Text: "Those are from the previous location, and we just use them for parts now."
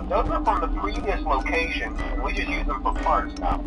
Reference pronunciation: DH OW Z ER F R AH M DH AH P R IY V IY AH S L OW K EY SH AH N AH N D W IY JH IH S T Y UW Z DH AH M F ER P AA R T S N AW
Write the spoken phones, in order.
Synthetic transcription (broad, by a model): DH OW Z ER F R AH M DH AH P R IY V IY AH S L OW K EY AH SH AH N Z W IY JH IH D Y UW Z DH AH M F ER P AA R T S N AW